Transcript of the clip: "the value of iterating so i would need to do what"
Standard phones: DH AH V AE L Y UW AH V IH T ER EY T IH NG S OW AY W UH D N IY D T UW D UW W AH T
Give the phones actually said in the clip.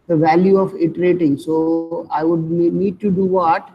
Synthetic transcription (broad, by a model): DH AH V AE L Y UW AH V IH T ER EY T IH NG S OW AY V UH D N IY D T UW D UW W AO T